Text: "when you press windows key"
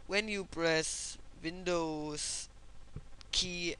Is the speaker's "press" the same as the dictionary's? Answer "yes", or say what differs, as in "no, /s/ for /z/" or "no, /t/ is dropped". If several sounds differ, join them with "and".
no, /b/ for /p/